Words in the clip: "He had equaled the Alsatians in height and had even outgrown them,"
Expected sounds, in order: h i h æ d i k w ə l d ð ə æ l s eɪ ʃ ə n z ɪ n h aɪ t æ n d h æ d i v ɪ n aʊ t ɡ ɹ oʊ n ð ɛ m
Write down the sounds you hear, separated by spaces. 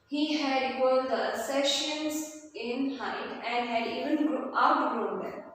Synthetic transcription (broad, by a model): h i h æ d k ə d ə s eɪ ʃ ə n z ɪ n h aɪ t æ n d h æ d i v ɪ n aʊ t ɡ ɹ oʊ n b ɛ